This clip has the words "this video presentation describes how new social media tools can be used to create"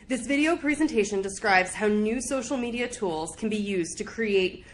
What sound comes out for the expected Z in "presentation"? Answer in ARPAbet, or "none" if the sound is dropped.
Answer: Z